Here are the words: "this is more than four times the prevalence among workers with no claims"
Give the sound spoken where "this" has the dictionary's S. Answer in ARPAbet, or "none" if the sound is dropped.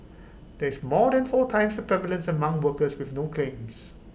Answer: none